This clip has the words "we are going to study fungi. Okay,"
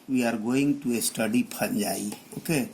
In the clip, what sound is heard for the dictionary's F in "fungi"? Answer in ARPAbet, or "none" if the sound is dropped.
P